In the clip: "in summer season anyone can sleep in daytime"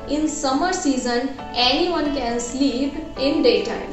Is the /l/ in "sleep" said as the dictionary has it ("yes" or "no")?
yes